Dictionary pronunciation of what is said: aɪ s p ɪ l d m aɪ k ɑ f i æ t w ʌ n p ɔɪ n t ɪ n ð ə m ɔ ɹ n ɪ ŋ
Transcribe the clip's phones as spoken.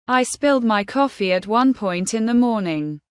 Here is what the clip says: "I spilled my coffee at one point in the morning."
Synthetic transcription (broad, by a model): aɪ s p ɪ l d m aɪ k ɑ f i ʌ t w ʌ n p ɔɪ n t ɪ n ð ə m ɔ n ɪ ŋ